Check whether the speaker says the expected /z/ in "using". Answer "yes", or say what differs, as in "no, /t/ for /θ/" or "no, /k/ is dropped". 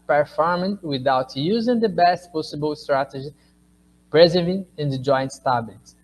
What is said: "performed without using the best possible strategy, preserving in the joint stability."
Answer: yes